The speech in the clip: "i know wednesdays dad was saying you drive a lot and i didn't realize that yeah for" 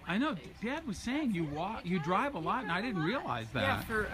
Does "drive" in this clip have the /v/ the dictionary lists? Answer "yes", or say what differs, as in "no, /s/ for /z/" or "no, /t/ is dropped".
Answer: yes